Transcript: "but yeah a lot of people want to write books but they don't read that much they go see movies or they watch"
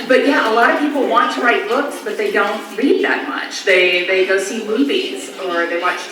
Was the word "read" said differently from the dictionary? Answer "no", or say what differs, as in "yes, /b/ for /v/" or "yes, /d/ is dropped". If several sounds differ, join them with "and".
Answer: yes, /l/ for /ɹ/